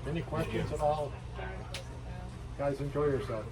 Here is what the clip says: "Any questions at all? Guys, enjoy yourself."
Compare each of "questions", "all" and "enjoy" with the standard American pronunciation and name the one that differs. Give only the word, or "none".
none